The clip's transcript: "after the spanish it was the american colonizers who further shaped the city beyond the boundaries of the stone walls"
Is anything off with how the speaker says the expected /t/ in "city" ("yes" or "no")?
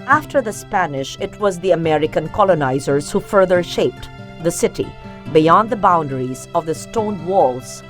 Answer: no